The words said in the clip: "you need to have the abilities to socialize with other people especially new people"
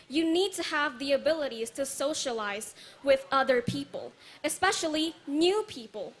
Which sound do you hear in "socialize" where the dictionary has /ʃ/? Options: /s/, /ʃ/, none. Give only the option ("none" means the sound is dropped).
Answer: /ʃ/